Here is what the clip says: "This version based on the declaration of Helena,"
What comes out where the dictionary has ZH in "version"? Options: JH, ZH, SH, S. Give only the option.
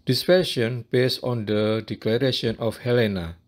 SH